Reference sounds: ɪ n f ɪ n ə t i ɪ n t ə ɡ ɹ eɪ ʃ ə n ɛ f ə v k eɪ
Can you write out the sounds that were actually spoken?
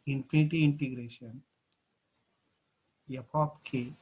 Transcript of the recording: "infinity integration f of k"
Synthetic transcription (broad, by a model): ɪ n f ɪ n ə t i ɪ n t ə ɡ ɹ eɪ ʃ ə n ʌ p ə p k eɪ